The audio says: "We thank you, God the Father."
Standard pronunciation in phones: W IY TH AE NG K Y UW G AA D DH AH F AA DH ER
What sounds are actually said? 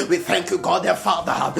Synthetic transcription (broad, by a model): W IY TH AE NG K Y UW G AA D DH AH F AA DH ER